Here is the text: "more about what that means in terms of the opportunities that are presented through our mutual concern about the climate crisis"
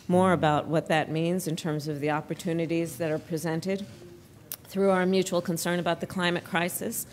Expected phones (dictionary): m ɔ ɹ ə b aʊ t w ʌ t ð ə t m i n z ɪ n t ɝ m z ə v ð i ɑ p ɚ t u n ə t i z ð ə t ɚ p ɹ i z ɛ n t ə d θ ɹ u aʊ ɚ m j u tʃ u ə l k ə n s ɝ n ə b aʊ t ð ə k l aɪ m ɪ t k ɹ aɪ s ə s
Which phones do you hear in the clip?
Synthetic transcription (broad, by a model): m ɔ ɹ ə b aʊ t w ʌ t ð ə t m i n z ɪ n t ɝ m z ə v ð i ɑ p ɚ t u n ə t i z ð ə t ɚ p ɹ i z ɛ n t ə d θ ɹ u aʊ ɚ m j u tʃ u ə l k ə n s ɝ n ə b aʊ t ð ə k l aɪ m ɪ t k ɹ aɪ s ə s